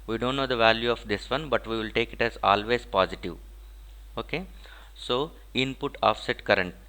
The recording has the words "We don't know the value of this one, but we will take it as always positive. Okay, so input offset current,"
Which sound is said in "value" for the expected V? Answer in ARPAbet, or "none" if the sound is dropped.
V